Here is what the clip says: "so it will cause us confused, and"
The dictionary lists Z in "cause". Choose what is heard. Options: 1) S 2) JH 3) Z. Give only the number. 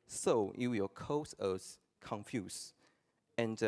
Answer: 1